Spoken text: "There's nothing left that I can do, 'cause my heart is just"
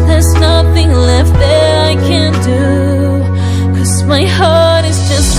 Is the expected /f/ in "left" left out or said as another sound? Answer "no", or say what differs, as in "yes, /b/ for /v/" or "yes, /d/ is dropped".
no